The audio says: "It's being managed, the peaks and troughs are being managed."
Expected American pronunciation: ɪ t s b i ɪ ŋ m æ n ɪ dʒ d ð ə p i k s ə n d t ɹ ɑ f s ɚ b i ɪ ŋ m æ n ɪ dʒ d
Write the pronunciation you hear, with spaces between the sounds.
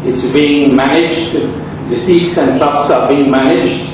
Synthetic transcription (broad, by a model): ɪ t s b i ɪ ŋ m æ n ɪ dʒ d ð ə f i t s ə n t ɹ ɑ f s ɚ b i ɪ ŋ m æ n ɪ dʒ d